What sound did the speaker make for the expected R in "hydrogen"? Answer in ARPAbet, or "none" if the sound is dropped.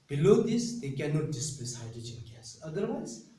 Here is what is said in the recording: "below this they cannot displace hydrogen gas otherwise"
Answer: none